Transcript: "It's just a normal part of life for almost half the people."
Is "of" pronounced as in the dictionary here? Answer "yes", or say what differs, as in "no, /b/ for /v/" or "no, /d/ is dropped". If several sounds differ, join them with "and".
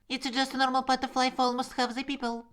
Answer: no, /f/ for /v/